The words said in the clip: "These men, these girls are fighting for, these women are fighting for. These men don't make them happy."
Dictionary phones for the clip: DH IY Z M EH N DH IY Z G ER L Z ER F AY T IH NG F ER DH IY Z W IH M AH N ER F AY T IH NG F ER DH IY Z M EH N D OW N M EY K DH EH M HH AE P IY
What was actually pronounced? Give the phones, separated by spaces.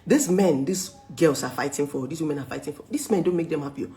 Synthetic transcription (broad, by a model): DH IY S M EH N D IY S G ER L S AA F AY T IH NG F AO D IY S W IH M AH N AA F AY T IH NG F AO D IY S M EH N D OW N M EY K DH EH M HH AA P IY